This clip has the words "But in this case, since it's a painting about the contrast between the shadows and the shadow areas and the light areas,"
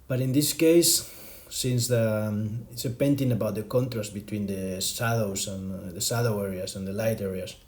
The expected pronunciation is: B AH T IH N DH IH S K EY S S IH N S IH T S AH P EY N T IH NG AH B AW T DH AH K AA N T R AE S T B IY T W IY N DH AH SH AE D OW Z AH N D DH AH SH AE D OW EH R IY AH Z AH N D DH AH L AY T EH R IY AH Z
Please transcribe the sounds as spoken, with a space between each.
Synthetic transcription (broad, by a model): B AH T IH N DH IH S K EY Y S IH N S IH T S AH P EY N T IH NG AH B AW T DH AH K AA N T R AE S T B IY T W IY N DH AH S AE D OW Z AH N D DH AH S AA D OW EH R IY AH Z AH N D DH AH L AY T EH R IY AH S